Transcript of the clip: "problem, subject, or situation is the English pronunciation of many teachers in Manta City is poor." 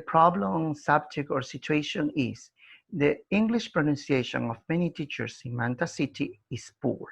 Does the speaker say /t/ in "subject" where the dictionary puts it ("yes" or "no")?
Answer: no